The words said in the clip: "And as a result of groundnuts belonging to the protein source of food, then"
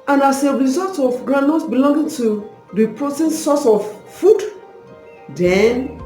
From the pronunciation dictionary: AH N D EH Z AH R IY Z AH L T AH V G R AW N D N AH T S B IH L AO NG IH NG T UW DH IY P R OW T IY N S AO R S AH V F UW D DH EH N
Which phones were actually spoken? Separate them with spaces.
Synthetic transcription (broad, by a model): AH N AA S AH R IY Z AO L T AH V G R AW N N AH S B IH L AO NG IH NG T UW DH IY P R OW T IY N S AO S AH F F UW D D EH N